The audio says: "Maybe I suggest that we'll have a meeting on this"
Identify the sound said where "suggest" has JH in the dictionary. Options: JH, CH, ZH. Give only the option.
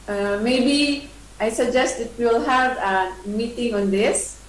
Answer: JH